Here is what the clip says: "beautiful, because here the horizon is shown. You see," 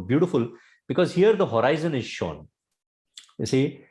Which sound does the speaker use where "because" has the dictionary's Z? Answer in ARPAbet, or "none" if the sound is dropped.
Z